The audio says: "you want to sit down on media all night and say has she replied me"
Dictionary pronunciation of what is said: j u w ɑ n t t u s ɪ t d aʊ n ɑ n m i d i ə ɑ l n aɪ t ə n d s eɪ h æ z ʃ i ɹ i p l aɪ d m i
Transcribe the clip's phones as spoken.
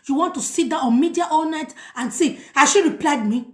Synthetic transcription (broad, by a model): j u w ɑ n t t u s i t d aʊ ɑ n m i d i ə ɑ l n aɪ t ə n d s eɪ h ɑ ʃ i ɹ i p l aɪ d m i